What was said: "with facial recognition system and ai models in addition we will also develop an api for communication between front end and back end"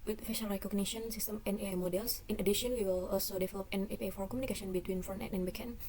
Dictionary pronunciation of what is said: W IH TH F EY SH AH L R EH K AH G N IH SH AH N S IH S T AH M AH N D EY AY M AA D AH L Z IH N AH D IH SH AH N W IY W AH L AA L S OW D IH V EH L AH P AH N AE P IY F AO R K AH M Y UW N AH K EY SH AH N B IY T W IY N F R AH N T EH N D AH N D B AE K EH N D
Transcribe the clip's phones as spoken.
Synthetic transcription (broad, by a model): W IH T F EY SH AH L R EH K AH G N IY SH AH N S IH S T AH M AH N EY AY M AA D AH L S IH N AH D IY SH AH N W IY W AH L AA L S OW D IH V EH L AH P AH N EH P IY F AO R K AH M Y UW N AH K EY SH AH N B IY T W IY N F AO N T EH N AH N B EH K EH N